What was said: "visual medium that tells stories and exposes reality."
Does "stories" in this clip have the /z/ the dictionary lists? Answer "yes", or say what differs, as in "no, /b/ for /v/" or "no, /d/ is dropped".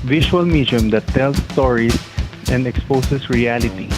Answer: no, /s/ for /z/